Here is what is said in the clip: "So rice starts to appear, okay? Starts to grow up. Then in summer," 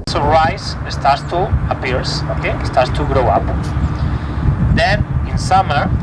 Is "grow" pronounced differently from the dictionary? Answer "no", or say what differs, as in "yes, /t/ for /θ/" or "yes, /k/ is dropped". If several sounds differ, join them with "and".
no